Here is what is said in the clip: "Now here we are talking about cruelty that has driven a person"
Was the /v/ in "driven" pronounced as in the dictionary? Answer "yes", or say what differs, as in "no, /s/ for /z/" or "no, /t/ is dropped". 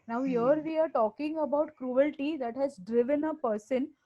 yes